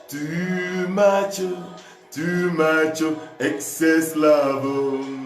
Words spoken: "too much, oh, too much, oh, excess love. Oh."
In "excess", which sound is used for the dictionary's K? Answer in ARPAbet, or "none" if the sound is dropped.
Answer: K